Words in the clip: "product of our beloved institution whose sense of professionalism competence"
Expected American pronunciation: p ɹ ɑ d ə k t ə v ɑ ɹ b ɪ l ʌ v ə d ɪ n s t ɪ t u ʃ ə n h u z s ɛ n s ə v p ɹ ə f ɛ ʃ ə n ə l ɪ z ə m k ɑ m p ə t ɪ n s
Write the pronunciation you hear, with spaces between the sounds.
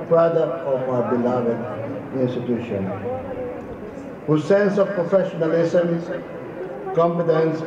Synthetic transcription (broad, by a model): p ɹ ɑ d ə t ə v ɑ ɹ b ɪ l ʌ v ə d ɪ n s t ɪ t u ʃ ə n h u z s ɛ n s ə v p ɹ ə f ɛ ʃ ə n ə l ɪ s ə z k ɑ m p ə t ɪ n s